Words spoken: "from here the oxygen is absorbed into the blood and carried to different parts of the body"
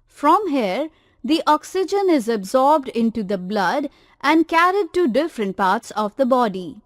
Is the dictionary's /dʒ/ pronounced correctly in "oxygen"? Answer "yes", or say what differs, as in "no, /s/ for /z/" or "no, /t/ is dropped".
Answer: yes